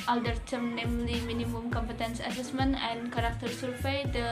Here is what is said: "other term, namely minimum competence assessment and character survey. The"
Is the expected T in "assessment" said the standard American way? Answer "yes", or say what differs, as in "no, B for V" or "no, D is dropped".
no, T is dropped